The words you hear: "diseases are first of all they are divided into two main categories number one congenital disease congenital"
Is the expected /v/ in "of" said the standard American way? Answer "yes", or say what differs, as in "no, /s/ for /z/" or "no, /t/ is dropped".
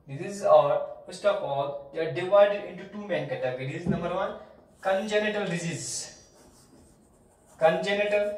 no, /p/ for /v/